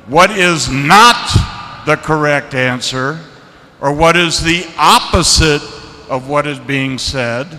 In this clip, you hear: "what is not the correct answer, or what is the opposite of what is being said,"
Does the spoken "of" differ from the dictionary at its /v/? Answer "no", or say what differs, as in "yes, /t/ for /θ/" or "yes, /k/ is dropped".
no